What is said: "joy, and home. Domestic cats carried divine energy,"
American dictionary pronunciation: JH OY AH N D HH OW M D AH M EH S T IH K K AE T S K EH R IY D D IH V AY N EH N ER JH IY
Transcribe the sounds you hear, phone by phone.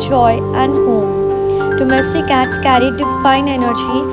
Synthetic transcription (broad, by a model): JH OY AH N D HH OW M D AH M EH S T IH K K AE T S K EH R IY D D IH F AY N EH N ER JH IY